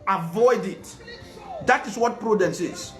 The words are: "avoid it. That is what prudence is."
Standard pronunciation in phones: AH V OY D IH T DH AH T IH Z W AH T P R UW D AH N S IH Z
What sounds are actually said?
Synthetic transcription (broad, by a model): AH V OY D IH T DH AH T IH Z W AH T P R UW D AH N S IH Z